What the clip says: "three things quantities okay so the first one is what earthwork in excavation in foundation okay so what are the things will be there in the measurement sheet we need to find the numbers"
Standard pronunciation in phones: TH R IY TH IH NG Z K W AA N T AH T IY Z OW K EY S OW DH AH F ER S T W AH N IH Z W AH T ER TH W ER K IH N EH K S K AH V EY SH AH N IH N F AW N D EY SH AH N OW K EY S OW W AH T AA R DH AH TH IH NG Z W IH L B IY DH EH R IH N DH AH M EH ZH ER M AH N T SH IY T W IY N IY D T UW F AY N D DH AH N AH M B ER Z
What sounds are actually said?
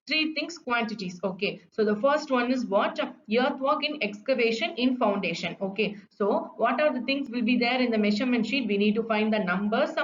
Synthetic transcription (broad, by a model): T R IY T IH NG S K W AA N T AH T IY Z OW K EY S OW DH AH F ER S T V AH N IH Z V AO T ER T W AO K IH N EH K S K AH V EY SH AH N IH N F AW N D EY SH AH N OW K EY S OW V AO T AA R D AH T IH NG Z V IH L B IY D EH R IH N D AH M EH SH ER M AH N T SH IY T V IY N IY D T UW F AY N D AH N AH M B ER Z